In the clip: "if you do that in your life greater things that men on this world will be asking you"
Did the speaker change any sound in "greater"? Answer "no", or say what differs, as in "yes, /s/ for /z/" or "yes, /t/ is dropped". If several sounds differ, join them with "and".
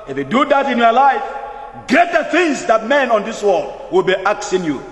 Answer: yes, /ɹ/ is dropped